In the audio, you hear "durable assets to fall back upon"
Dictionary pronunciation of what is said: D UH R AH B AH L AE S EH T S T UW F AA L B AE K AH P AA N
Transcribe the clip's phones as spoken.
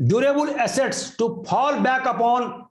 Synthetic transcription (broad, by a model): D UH R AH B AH L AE S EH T S T UW P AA L B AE K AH P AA N